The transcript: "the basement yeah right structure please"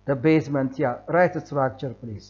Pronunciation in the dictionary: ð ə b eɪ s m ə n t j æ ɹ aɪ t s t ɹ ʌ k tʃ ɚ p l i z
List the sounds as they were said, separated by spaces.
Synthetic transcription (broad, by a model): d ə b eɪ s m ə n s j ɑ ɹ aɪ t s s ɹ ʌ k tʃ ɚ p l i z